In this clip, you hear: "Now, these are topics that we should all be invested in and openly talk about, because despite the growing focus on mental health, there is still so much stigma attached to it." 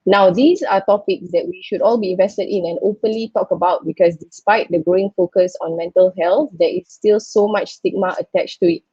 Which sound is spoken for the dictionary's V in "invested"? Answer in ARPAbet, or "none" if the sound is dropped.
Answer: V